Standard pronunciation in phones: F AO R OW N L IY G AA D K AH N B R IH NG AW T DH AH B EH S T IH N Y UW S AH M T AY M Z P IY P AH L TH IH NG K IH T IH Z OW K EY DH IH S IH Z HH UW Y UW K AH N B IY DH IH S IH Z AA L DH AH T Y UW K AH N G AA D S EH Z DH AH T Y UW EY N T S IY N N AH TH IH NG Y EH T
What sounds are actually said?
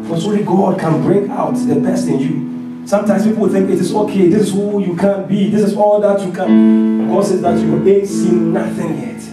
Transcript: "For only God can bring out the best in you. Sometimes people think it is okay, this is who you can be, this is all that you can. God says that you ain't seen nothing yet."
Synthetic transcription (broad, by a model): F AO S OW L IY G AA D K AH N B R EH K AW T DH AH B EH S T IH N Y UW S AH M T AY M S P IY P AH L TH IH NG K IH T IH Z OW K EY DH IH S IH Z HH UW Y UW K AH N B IY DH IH S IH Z AA L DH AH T Y UW K AH N G AA D S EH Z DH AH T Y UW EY S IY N N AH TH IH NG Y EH T